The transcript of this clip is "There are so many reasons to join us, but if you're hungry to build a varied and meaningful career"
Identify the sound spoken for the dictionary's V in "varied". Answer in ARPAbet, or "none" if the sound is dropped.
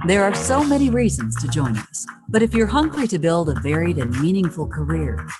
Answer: V